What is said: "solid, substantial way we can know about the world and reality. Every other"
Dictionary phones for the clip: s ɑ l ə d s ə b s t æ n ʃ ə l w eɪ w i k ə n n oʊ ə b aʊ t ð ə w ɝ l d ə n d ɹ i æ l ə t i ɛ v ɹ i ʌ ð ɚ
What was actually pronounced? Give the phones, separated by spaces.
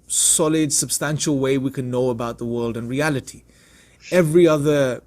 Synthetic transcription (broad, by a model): s ɑ l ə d s ə b s t æ n ʃ ə l w eɪ w i k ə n n oʊ ə b aʊ t ð ə w ɝ l d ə n ɹ i æ l ə t i ɛ v ɹ i ʌ ð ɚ